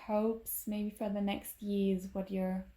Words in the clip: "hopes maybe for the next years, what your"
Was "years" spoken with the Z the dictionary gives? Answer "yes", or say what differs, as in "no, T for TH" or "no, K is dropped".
yes